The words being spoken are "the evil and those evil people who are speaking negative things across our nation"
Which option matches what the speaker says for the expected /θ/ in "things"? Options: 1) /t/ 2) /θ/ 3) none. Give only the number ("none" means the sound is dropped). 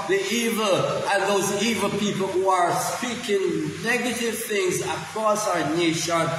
2